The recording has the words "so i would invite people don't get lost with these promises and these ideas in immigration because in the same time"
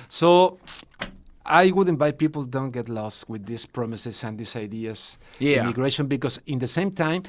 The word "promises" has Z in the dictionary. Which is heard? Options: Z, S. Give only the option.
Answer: S